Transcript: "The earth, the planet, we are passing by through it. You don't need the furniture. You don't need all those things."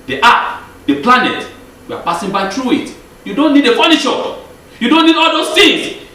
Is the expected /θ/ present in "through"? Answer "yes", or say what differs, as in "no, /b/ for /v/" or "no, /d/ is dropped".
no, /t/ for /θ/